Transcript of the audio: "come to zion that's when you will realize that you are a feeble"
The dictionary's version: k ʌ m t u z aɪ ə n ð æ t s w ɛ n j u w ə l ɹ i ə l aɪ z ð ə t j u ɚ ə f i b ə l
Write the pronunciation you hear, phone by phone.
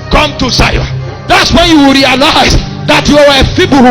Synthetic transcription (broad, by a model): k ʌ m t u s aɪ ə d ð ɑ t s w ɛ n j u w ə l ɹ i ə l aɪ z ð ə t j u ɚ ə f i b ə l